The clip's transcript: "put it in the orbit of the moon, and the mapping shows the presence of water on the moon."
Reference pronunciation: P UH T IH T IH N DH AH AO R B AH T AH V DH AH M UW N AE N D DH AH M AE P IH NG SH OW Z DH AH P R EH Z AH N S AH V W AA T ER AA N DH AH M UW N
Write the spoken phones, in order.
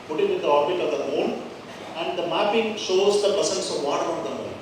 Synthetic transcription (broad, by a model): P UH T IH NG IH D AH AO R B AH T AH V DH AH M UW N AE N D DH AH M AE P IH NG SH OW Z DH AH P AH S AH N S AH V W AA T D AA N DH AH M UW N